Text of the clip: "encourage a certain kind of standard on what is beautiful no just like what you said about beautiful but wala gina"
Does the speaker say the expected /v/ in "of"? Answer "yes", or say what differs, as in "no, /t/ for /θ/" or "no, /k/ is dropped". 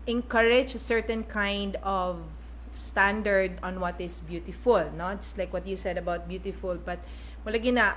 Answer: yes